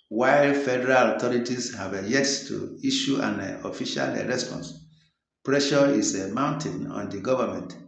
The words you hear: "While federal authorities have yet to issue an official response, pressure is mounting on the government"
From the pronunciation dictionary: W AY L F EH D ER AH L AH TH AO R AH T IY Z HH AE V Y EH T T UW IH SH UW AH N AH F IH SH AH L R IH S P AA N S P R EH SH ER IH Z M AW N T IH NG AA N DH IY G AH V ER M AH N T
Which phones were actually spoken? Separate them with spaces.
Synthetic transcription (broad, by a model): W AY L F EH D ER AH L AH T AO R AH T IY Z HH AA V Y EH T T UW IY SH UW AH N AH F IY SH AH L R IH S P AA N S P R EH SH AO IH S M AW N T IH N AA N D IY G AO V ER M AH N T